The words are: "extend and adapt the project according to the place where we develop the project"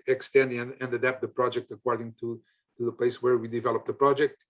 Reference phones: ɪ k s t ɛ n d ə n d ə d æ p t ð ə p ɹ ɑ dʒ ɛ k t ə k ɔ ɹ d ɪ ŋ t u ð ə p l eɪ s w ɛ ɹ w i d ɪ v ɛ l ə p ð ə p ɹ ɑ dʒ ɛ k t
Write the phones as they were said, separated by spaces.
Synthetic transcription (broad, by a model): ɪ k s t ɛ n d ə n d ə d æ p t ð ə p ɹ ɑ dʒ ɛ k t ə k ɔ ɹ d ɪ ŋ t u ð ə p l eɪ s w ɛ ɹ w i d ɪ v ɛ l ə p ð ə p ɹ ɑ dʒ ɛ k t